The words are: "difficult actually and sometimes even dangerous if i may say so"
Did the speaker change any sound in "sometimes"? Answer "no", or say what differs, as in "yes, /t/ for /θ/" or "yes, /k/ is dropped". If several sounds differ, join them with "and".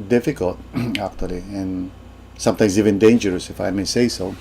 yes, /s/ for /z/